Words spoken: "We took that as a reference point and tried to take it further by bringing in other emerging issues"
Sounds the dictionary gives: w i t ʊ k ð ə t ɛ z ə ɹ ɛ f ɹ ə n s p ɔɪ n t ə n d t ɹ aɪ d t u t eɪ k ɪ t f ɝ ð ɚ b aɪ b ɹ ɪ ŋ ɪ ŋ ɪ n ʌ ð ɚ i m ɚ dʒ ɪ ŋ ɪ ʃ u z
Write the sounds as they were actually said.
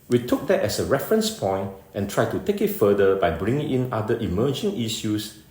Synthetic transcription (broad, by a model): w i t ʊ k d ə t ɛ s ə ɹ ɛ f ɹ ə n s p ɔɪ n t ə n t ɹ aɪ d t u t eɪ k ɪ t f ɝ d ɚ b aɪ b ɹ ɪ ŋ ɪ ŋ ɪ n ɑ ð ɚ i m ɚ dʒ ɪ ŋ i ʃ u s